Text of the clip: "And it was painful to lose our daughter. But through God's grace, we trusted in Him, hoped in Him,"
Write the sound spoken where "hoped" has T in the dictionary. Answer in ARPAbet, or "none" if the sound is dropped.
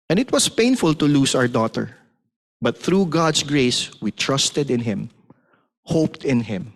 T